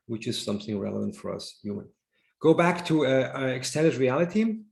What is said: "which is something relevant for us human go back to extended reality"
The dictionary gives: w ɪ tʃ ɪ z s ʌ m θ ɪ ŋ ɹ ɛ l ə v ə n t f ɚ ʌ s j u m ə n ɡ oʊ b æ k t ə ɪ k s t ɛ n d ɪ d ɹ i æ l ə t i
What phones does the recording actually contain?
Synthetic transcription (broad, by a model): w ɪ tʃ ɪ z s ʌ m θ ɪ ŋ ɹ ɛ l ə v ə n t f ɚ ʌ s j u m ə n ɡ oʊ b æ k t ə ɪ k s t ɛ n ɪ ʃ ɹ i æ l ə t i